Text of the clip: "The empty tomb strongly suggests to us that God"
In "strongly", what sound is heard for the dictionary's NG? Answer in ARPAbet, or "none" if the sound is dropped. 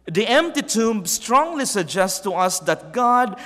NG